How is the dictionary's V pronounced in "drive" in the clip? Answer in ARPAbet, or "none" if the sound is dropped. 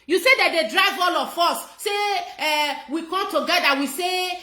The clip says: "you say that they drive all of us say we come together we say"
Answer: V